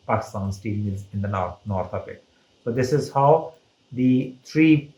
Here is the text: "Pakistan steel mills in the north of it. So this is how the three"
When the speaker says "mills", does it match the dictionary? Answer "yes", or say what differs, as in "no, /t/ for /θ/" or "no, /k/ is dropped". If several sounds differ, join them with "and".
no, /l/ is dropped